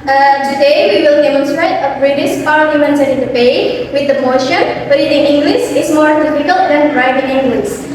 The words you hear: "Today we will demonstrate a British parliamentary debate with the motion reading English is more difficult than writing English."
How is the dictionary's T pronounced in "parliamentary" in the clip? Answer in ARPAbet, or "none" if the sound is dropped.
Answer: S